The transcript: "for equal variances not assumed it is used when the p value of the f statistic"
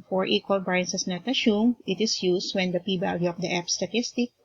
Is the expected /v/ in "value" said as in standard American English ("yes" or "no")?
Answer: no